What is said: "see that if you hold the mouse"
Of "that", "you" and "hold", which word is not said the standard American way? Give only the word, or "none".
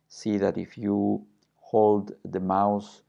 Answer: none